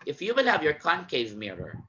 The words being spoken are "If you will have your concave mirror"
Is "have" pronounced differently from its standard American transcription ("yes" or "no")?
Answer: no